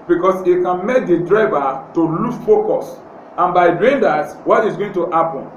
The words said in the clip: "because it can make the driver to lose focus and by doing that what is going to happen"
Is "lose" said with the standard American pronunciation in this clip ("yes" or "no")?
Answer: no